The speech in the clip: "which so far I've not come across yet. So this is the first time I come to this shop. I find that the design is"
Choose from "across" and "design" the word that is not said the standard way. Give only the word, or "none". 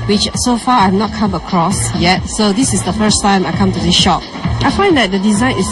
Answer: none